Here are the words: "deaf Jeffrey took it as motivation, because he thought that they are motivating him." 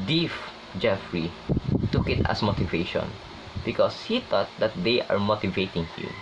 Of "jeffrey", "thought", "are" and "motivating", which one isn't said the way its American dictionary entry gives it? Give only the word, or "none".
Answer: thought